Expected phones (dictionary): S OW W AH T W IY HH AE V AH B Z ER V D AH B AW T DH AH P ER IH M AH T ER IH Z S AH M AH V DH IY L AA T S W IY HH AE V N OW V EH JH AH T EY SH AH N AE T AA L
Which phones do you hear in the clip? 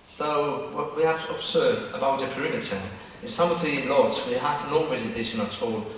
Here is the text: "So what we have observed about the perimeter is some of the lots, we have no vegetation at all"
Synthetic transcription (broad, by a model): S OW W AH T W IY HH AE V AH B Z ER V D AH B AW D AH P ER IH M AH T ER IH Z S AH M AH V DH IY L AA T S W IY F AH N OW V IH Z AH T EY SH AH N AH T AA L